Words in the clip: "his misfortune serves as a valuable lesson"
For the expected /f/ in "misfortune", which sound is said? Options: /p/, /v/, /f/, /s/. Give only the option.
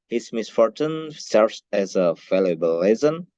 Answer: /f/